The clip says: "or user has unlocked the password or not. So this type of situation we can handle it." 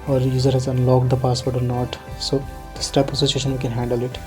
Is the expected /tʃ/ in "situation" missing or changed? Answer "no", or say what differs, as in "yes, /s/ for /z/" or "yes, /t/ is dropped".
yes, /s/ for /tʃ/